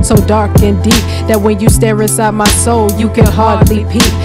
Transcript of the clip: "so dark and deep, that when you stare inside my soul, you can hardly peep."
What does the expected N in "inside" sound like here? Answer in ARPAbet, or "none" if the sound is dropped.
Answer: none